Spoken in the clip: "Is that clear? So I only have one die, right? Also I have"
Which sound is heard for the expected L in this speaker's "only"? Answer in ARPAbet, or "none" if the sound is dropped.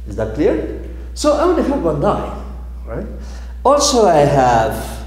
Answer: none